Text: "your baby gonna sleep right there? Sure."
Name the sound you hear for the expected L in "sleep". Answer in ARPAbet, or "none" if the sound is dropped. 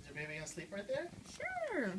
L